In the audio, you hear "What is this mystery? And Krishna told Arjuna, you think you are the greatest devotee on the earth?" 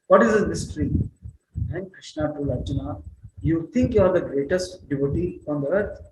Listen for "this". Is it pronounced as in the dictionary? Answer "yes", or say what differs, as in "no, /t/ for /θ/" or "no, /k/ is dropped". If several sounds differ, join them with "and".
no, /s/ is dropped